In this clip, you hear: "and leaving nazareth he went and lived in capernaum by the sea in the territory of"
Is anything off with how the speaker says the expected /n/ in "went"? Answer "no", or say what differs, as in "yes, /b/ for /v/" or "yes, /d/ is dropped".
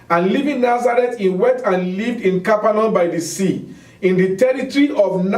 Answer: yes, /n/ is dropped